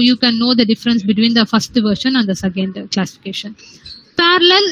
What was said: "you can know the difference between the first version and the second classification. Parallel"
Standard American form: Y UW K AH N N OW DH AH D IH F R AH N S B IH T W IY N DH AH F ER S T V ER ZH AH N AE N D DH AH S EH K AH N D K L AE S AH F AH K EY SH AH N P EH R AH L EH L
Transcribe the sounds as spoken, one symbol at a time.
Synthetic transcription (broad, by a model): Y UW K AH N N OW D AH D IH F R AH N S B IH T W IY N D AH F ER S T V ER SH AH N AE N D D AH S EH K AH N D K L AE S AH F AH K EY SH AH N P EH R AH L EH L